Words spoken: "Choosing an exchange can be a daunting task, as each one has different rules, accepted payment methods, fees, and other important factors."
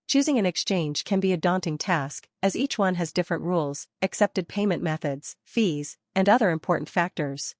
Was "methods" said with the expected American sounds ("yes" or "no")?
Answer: yes